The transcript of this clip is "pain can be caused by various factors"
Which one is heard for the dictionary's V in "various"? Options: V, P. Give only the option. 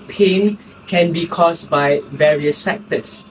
V